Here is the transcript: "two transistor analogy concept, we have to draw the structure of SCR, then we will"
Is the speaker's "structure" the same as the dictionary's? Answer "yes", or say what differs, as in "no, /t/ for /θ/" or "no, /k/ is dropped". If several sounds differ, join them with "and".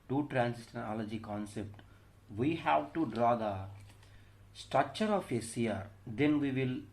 yes